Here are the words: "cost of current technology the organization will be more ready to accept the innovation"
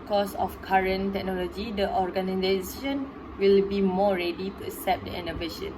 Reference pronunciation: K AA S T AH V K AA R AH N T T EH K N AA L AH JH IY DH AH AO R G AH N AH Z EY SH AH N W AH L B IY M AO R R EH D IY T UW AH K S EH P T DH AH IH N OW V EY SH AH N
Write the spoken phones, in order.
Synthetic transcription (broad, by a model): K AA S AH F K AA R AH N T T EH K N AA L AH JH IY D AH AO R G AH N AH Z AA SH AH N W AH L B IY M AO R R EH D IY T UW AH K S EH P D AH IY N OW V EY SH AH N